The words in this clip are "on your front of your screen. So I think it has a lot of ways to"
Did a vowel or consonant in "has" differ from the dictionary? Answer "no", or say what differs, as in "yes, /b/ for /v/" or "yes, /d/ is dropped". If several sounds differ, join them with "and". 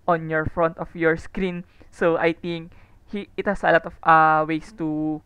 yes, /s/ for /z/